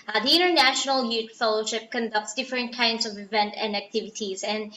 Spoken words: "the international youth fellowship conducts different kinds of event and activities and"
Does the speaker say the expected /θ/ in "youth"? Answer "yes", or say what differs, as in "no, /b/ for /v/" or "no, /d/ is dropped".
no, /t/ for /θ/